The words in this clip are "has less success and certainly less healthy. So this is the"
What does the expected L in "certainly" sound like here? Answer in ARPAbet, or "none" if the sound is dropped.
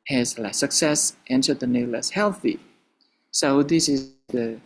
none